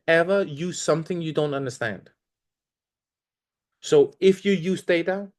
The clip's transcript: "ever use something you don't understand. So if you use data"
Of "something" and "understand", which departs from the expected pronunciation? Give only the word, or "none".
none